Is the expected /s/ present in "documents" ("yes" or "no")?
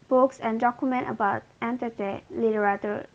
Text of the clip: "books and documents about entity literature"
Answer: no